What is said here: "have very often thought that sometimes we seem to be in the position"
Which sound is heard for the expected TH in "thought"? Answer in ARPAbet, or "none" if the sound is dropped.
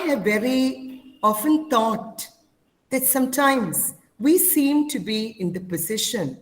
T